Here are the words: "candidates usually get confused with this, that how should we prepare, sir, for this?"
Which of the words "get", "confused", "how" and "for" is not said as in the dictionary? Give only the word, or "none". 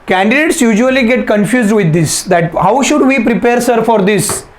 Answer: none